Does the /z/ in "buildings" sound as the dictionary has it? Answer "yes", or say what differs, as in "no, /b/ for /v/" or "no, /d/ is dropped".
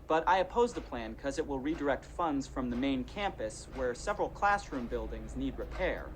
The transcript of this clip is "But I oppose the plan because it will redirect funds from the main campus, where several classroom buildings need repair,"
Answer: yes